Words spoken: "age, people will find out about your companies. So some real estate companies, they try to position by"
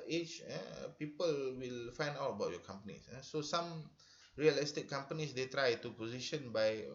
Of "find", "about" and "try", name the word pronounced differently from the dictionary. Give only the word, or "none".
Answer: none